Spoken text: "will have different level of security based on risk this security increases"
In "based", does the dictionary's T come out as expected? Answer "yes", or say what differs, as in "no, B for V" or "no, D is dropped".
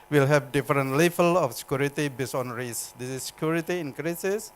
no, T is dropped